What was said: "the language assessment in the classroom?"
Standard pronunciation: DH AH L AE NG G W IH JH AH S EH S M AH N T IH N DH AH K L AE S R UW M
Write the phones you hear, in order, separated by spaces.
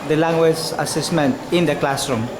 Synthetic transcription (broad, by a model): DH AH L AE NG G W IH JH AH S EH S M AH N T IH N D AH K L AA S R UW M